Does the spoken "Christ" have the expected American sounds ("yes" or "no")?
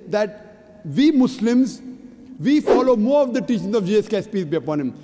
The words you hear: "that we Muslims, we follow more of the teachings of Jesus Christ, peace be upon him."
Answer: no